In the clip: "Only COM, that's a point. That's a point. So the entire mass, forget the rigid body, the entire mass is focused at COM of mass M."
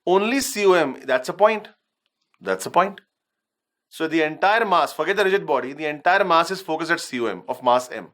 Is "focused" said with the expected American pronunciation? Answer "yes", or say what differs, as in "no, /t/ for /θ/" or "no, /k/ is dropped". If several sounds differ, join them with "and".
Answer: yes